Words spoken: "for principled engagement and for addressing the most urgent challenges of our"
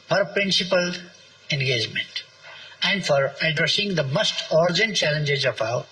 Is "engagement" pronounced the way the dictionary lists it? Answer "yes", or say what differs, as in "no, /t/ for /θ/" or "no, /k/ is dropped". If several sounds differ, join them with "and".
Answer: yes